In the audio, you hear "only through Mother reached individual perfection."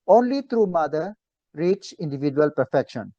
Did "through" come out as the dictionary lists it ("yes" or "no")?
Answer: no